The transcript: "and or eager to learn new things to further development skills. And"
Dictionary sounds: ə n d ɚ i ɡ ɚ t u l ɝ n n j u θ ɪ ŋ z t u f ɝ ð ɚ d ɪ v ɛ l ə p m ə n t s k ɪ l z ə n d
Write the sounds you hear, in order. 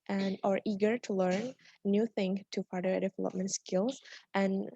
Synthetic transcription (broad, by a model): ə n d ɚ i ɡ ɚ t u l ɝ n n j u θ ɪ ŋ t u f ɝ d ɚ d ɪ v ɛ l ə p m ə n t s k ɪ l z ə n